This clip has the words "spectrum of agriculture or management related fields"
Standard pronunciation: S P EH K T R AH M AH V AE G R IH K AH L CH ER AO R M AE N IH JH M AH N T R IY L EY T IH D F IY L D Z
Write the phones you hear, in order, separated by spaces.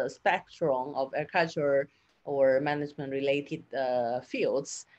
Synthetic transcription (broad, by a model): S P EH K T R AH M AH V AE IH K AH CH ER AO R M AE N IH JH M AH N T R IY L EY T IH D F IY L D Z